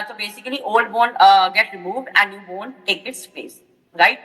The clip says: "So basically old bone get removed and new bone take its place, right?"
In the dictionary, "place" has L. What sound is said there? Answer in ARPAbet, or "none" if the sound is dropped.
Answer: none